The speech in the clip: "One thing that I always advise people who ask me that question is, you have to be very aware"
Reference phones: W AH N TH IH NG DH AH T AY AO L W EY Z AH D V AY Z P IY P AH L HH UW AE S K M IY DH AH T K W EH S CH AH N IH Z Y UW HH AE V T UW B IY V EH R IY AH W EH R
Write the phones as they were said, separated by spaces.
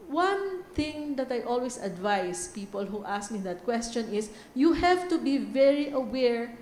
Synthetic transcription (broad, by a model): W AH N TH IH NG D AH T AY AO L W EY S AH D V AY S P IY P AH L HH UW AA S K M IY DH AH T K W EH S CH AH N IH S Y UW HH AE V T UW B IY V EH R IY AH W EH R